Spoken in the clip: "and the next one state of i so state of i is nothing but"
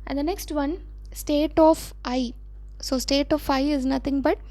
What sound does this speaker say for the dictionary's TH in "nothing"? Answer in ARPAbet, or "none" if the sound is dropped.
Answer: T